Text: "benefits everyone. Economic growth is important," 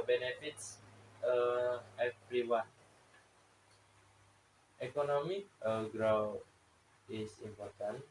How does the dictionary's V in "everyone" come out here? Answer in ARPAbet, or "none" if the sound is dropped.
P